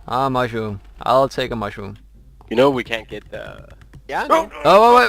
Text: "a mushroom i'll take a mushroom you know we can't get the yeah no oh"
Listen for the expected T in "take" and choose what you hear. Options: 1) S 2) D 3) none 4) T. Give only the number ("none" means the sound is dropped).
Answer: 4